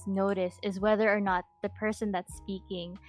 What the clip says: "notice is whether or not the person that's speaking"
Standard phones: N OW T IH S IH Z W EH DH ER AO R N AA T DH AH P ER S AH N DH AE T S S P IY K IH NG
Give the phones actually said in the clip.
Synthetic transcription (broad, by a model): N OW T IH S IH Z W EH DH ER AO R N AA T DH AH P ER S AH N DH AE T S S P IY K IH NG